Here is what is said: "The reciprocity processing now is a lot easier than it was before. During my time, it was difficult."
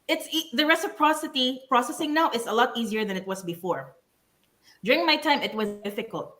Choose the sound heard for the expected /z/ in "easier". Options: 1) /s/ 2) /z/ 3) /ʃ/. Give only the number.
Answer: 2